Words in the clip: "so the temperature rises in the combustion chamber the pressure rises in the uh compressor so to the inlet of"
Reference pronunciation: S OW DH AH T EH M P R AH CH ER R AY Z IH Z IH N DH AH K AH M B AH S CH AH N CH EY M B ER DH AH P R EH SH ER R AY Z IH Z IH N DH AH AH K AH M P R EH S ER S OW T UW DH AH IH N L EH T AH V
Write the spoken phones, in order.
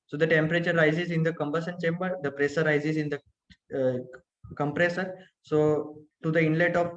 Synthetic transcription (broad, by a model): S OW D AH T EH M P R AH CH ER R AY Z IH Z IH N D AH K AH M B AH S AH N CH EY M B ER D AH P R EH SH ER R AY Z IH Z IH N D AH AH K AH M P R EH S ER S OW T UW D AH IH N L EH T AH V